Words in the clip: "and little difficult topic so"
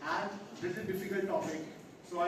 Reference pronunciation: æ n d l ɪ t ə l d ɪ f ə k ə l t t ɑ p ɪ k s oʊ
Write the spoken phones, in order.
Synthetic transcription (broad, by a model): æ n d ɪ s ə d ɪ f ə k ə l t t ɑ p ɪ k s oʊ